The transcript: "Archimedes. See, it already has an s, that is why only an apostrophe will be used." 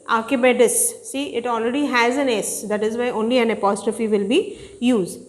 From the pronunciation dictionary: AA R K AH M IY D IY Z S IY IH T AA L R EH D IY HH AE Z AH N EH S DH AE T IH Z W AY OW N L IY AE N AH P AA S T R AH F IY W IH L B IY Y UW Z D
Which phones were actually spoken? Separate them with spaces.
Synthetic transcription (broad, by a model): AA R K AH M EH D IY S S IY IH T AA L R EH D IY HH AE Z AH N EH S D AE T IH Z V AY OW N L IY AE N AH P AA S T R AH F IY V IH L B IY Y UW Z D